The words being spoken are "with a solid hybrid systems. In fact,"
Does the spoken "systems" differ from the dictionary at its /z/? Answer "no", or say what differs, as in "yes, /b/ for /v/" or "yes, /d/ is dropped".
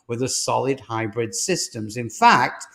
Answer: no